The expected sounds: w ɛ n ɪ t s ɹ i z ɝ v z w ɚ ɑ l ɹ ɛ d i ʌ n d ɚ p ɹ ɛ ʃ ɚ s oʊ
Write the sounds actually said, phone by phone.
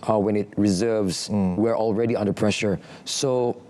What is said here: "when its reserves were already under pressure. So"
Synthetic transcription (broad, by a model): w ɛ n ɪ t ɹ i z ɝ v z w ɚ ɑ l ɹ ɛ d i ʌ n d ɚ p ɹ ɛ ʃ ɚ s oʊ